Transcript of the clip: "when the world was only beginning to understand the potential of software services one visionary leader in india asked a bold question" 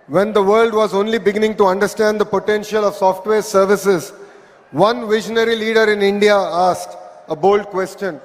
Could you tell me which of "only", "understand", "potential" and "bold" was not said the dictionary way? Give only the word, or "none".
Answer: none